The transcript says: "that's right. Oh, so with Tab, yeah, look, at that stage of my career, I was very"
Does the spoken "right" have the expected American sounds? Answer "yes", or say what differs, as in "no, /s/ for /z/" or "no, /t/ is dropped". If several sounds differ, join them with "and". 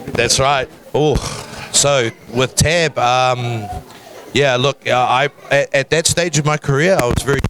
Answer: yes